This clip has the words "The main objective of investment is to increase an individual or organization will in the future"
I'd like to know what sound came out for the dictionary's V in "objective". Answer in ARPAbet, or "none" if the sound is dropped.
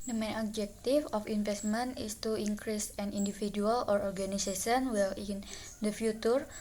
F